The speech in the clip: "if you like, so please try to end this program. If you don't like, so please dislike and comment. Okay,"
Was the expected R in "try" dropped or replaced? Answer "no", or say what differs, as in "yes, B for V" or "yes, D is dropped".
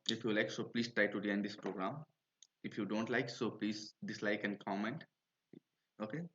no